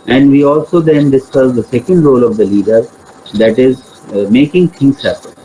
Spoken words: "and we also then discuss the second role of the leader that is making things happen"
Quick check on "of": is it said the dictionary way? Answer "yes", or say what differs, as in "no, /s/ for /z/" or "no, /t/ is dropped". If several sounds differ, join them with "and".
yes